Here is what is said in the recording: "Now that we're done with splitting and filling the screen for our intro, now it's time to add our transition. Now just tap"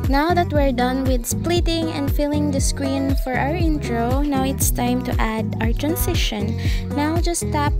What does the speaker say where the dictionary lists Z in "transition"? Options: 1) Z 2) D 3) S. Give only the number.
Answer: 3